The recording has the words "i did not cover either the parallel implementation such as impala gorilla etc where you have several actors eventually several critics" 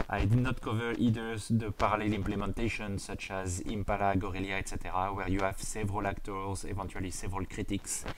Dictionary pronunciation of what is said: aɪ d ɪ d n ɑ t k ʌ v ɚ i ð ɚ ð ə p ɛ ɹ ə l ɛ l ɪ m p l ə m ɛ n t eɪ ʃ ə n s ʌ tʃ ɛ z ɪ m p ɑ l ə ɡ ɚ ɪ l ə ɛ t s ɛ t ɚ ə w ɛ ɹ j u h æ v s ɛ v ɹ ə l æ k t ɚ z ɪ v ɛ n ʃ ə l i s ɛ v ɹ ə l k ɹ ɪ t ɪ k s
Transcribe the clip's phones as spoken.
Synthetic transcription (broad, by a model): aɪ d ɪ d n ɑ t k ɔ v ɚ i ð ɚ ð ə p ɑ ɹ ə l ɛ l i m p l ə m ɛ n t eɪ ʃ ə n s ʌ tʃ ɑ z ɪ m p ɑ l ə ɡ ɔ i l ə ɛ t s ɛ t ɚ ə w ɛ ɹ j u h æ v s ɛ v ɹ ə l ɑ k t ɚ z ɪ v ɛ n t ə l i s ɛ v ɹ ə l k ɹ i t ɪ k s